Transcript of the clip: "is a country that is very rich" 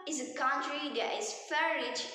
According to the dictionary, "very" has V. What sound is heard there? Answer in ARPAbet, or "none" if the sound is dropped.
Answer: F